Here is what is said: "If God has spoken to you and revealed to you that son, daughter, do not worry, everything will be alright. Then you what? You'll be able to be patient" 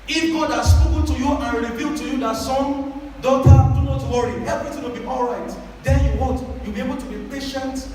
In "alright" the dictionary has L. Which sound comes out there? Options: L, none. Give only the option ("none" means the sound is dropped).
L